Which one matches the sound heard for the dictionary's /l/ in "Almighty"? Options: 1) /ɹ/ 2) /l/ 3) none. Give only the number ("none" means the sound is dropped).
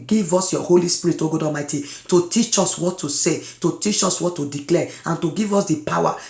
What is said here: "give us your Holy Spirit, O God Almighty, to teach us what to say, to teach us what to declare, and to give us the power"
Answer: 3